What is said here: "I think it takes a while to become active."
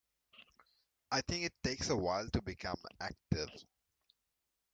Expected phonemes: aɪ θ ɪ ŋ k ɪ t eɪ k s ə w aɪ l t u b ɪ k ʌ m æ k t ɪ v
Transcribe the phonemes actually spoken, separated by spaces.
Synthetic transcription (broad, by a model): aɪ t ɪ ŋ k ɪ t eɪ k s ə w aɪ l t u b ɪ k ʌ m æ k t ɪ v